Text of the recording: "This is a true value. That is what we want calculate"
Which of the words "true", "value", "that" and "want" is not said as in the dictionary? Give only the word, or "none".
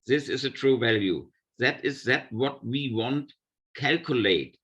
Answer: none